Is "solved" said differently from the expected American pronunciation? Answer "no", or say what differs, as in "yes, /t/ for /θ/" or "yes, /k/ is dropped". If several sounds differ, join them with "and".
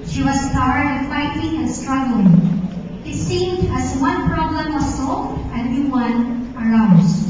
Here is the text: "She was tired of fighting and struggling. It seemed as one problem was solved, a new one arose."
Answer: yes, /d/ is dropped